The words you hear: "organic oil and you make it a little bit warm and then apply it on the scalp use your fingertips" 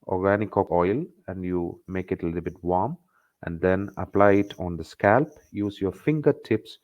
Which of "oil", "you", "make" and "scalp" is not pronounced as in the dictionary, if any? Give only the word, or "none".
none